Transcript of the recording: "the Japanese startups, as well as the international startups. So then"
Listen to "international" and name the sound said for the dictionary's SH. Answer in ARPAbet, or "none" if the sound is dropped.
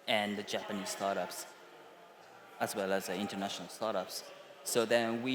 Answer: SH